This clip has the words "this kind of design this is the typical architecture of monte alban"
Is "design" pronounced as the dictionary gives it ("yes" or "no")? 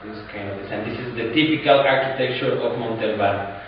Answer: no